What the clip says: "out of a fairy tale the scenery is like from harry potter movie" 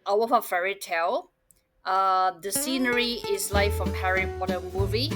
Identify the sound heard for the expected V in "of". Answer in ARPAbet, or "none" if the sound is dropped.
F